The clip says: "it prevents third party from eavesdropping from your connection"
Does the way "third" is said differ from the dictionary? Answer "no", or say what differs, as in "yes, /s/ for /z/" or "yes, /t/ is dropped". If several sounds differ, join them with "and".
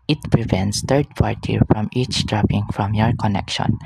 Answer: yes, /t/ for /θ/